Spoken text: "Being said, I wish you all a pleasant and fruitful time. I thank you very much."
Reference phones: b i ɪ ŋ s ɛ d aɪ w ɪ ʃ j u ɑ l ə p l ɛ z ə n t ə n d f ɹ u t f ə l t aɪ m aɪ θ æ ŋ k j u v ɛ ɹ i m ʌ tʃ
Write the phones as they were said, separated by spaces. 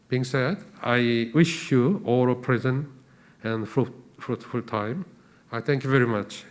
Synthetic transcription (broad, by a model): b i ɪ ŋ s ɛ d aɪ w ɪ ʃ j u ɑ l ə p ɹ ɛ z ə n ə n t f ɹ u t f ə l t aɪ m aɪ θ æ ŋ k j u v ɛ ɹ i m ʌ tʃ